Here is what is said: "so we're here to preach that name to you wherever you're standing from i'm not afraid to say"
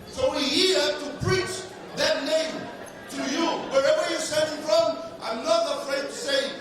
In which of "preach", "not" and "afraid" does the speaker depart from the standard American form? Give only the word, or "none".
none